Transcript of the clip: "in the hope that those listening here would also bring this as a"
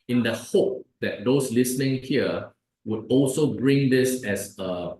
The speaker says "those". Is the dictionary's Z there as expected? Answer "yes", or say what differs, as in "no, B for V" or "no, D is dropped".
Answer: no, S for Z